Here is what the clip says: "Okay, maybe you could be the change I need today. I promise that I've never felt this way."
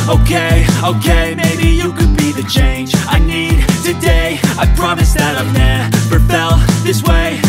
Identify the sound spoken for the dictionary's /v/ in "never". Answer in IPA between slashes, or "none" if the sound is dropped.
/p/